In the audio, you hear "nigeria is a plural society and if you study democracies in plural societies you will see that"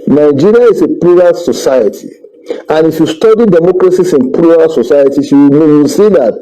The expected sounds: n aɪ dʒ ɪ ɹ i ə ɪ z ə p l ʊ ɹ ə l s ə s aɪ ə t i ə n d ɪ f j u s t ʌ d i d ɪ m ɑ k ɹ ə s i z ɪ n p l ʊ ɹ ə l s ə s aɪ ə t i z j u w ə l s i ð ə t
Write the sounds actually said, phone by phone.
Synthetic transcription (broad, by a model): n aɪ dʒ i ɹ i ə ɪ s ə p l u ɹ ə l s ə s aɪ ə t i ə n ɪ f j u s t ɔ d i d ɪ m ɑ k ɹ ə s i s ɪ n p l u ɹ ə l s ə s aɪ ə t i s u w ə n s i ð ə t